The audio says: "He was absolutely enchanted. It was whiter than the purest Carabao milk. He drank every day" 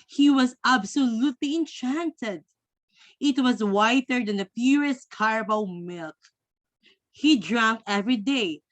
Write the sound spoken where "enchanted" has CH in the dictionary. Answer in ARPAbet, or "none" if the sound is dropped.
CH